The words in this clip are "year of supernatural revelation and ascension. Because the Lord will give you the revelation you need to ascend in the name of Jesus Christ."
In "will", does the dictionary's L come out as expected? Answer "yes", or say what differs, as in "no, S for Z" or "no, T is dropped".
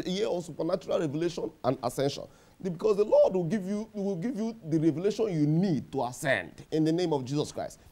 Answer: no, W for L